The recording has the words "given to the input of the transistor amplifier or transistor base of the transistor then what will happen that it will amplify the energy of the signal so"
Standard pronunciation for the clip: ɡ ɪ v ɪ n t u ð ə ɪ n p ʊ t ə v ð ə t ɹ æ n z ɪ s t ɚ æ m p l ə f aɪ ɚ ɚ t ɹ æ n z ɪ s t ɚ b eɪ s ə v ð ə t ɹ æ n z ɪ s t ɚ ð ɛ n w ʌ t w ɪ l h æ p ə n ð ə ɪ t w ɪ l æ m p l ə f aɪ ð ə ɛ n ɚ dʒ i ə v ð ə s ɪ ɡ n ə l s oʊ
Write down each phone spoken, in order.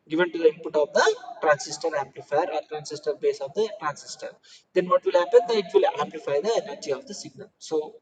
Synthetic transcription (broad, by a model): ɡ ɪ v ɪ n t u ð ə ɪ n p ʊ t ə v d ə t ɹ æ n s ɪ s t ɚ æ m p l ə f aɪ ɚ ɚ t ɹ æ n s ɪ s t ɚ b eɪ s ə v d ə t ɹ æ n s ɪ s t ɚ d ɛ n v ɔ t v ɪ l h æ p ə n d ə ɪ t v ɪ l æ m p l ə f aɪ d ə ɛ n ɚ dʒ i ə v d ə s ɪ ɡ n ə l s oʊ